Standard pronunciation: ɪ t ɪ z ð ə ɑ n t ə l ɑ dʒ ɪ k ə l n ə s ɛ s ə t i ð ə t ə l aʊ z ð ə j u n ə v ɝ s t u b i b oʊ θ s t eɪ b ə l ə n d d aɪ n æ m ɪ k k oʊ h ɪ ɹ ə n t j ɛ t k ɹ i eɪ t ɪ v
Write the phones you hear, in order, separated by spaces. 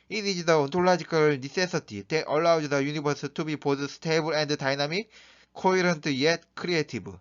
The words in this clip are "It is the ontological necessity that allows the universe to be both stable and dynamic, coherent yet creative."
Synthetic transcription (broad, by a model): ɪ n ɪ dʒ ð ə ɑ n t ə l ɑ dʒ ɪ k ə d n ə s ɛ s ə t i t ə t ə l aʊ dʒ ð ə j u n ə b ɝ s t u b i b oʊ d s t eɪ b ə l ə n d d aɪ n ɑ m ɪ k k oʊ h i ɹ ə n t j ɛ t k ɹ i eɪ t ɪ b